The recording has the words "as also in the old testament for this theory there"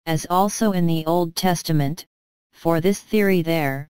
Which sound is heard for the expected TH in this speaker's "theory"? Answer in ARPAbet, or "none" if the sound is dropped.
TH